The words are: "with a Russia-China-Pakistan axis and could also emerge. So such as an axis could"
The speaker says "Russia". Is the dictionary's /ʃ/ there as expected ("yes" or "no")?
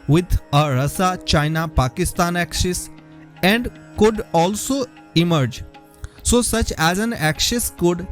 no